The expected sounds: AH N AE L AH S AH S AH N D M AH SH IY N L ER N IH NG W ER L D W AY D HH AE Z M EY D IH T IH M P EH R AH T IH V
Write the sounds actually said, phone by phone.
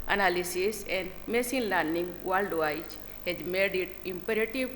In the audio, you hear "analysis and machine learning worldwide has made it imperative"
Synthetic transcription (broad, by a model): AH N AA L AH S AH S AH N D M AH S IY N L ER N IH NG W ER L D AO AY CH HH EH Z M EY D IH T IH M P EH R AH T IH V